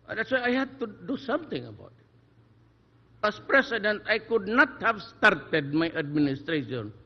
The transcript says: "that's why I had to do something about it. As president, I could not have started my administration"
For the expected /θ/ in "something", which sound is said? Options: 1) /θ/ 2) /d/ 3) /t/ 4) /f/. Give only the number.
3